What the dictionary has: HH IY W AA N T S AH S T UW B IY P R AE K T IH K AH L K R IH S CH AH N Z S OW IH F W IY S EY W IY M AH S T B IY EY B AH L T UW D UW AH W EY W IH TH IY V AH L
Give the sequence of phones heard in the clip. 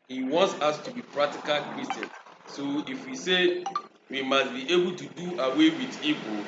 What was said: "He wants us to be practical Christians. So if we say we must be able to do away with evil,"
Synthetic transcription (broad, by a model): HH IY W AA N T S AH S T UW B IY P R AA K T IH K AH L K R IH S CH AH N S OW IH F W IY S EY W IY M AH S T B IY EY B AH L T UW D UW AH W EY W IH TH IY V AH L